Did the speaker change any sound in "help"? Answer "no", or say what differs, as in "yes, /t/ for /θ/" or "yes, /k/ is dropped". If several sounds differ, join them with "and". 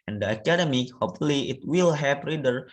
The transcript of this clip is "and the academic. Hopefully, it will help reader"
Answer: yes, /l/ is dropped